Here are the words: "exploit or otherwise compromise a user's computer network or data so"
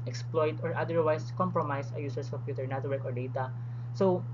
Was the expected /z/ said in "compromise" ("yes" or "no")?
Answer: no